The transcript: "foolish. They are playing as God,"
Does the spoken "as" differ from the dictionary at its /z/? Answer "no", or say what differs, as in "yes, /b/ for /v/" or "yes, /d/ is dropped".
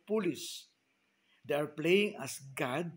yes, /s/ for /z/